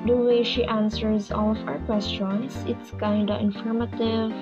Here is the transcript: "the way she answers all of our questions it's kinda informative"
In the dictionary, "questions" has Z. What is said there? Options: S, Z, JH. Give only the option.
S